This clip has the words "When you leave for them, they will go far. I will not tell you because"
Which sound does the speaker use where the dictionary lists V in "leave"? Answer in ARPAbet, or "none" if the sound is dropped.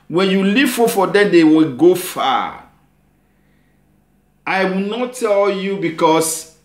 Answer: F